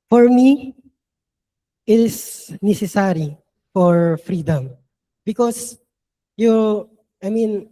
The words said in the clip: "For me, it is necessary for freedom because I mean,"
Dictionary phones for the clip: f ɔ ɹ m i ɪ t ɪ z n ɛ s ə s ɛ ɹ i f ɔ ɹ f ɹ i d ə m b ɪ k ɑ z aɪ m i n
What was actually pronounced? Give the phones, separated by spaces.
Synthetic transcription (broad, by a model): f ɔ ɹ m i ɪ t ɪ s n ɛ s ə s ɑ ɹ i f ɔ ɹ f ɹ i d ə m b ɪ k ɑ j aɪ m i n